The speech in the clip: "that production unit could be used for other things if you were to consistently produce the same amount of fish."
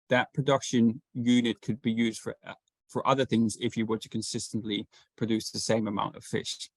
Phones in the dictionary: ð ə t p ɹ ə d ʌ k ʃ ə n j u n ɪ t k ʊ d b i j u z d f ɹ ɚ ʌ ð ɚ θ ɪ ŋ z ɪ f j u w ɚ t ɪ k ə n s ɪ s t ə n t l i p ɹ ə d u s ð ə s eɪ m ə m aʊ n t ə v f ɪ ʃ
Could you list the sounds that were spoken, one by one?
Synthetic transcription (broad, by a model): ð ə t p ɹ ə d ʌ k ʃ ə n j u n ɪ t k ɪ d b i j u z d f ɹ ɚ ʌ ð ɚ θ ɪ ŋ z ɪ f j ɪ w ɚ t ɪ k ə n s ɪ s t ə n t l i p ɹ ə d u s ð ə s eɪ m ə m aʊ n t ə v f ɪ ʃ